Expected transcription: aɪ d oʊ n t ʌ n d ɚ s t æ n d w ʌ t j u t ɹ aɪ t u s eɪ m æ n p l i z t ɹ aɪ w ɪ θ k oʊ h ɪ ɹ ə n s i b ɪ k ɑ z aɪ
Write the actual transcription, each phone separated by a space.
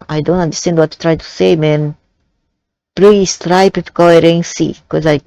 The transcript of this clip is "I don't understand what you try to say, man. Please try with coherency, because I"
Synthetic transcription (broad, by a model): aɪ d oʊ n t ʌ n d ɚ s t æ n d w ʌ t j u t ɹ aɪ t u s eɪ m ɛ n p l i s t ɹ aɪ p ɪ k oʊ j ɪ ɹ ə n s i k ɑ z aɪ